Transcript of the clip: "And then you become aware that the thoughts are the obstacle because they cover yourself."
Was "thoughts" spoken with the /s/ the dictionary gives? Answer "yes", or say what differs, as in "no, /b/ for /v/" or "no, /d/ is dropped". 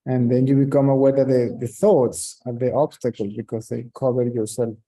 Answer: yes